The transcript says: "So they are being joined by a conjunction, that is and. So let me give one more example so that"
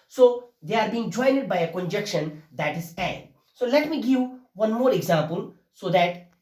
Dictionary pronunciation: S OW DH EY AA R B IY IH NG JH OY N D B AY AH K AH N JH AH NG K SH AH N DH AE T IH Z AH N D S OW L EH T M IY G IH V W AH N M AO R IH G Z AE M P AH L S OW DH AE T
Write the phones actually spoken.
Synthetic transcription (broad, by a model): S OW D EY AA R B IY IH NG JH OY N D B AY AH K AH N JH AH K SH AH N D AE T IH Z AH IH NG S OW L EH T M IY G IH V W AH N M AO R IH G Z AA M P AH L S OW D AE T